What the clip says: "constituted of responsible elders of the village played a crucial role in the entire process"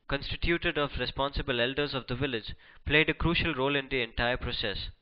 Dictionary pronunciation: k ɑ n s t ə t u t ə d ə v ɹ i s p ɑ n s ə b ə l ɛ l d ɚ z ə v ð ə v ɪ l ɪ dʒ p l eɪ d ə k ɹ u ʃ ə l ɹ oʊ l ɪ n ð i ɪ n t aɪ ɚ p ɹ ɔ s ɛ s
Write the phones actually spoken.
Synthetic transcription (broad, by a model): k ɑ n s t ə t u t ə d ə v ɹ i s p ɑ n s ə b ə l ɛ l d ɚ z ə v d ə v ɪ l ɪ dʒ p l eɪ d ə k ɹ u ʃ ə l ɹ oʊ l ɪ n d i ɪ n t aɪ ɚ p ɹ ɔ s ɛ s